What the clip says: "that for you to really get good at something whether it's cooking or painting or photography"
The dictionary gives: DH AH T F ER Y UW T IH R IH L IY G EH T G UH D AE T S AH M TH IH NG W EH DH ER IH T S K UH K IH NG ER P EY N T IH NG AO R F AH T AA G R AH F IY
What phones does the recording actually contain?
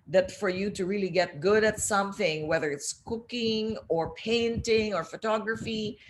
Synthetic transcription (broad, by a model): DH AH T F ER Y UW T IH R IH L IY G EH T G UH D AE T S AH M TH IH NG W EH DH ER IH T S K UH K IH NG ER P EY N T IH NG AO R F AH T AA G R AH F IY